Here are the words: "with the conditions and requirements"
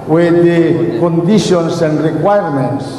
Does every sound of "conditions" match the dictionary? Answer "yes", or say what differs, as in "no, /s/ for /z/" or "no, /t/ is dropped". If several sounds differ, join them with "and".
no, /s/ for /z/